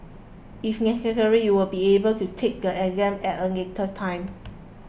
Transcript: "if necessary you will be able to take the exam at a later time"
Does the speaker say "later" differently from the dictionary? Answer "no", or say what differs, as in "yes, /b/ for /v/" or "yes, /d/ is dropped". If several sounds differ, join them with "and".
yes, /n/ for /l/